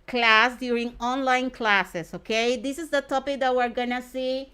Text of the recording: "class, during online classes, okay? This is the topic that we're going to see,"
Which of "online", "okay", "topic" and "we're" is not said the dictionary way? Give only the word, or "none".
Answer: none